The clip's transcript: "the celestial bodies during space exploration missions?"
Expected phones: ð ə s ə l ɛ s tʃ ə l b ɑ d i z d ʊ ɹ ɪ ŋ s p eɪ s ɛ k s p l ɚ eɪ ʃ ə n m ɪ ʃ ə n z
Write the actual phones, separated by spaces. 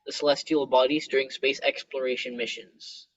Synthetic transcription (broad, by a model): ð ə s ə l ɛ s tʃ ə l b ɑ d i z d ʊ ɹ ɪ ŋ s p eɪ s ɛ k s p l ɚ eɪ ʃ ə n m ɪ ʃ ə n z